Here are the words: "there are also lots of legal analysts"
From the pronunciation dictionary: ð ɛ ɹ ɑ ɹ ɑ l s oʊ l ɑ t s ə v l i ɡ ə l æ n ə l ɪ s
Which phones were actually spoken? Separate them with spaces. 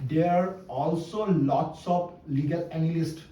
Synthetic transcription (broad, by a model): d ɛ ɑ ɹ ɑ l s oʊ l ɑ t s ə p l i ɡ ə l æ n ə l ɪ s